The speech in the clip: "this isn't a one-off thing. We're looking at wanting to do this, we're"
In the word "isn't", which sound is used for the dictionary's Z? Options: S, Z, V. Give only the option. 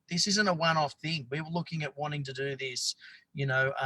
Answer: Z